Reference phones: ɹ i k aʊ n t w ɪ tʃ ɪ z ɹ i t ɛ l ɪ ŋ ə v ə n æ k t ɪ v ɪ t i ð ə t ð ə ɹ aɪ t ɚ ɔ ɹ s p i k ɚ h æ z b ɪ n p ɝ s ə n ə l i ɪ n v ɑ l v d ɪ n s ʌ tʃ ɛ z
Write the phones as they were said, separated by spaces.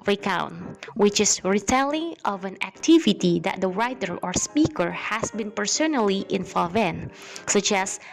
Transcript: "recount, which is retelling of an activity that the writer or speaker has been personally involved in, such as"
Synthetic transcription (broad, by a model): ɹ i k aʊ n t w ɪ tʃ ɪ s ɹ i t ɛ l ɪ ŋ ə v ə n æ k t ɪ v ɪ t i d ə t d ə ɹ aɪ t ɚ ɔ ɹ s p i k ɚ h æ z b ɪ n p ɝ s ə n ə l i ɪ n f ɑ v ɪ n s ʌ tʃ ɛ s